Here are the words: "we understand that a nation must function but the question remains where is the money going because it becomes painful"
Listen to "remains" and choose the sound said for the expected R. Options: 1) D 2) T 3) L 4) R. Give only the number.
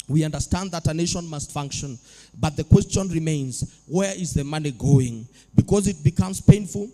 4